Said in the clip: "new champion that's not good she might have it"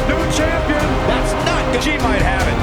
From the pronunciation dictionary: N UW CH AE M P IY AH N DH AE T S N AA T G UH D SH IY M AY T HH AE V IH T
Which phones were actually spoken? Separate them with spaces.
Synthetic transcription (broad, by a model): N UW CH AE M P IY AH N DH AE T S N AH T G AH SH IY M AY T HH AE V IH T